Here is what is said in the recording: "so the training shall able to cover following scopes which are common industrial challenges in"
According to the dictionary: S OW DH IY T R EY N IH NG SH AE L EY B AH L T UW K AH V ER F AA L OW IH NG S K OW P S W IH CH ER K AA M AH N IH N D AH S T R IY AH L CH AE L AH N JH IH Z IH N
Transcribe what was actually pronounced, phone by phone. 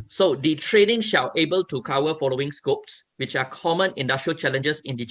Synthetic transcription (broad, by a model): S OW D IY T R EY N IH NG SH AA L EY B AH L T UW K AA W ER F AA L OW IH NG S K OW P S W IH CH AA K AA M AH N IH N D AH S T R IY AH L CH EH L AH N JH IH S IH N